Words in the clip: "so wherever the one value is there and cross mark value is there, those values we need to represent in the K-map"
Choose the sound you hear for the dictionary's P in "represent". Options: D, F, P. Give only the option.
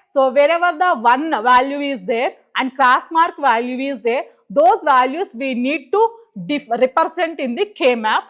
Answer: F